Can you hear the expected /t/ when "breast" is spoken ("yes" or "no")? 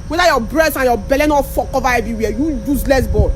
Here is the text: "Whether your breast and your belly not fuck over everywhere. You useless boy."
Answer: no